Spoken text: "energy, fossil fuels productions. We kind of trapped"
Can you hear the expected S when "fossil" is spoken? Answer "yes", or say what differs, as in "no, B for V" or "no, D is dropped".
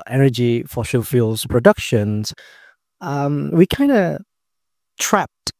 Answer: no, SH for S